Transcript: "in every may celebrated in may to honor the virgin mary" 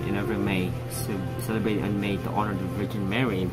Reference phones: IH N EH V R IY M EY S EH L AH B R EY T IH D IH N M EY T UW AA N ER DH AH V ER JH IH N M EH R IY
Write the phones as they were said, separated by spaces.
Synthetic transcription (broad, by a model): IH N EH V IY M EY S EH L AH B R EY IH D IH N M EY T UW AA N ER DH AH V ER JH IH N M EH R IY